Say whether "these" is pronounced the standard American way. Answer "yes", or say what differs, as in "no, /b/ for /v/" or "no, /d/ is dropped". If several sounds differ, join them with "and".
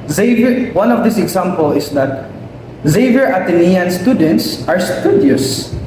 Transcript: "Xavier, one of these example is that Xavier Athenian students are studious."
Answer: no, /s/ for /z/